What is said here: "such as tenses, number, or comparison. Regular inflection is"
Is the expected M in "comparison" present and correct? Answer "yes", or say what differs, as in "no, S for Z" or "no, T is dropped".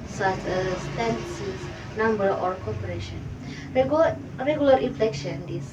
no, M is dropped